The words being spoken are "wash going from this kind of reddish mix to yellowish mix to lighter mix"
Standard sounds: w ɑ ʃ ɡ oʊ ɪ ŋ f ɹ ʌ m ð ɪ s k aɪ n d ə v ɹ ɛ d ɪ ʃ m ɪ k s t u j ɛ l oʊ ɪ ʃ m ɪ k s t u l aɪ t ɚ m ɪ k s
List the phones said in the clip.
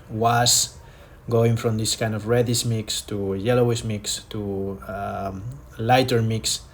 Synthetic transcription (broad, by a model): w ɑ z ɡ oʊ ɪ ŋ f ɹ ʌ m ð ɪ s k aɪ n d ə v ɹ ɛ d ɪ s m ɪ k s t u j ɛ l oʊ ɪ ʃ m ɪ k s t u l aɪ t ɚ m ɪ k s